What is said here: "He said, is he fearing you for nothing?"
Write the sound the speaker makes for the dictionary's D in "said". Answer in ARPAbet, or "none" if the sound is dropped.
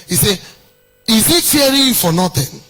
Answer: none